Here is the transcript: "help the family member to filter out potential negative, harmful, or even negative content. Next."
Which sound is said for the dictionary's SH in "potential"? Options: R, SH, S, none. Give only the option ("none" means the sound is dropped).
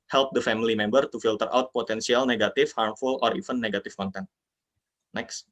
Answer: S